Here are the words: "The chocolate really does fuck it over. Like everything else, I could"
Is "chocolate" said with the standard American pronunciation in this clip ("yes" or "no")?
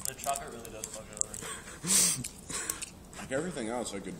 no